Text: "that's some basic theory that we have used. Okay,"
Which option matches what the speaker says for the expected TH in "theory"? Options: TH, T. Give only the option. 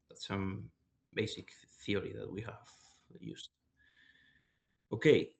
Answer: TH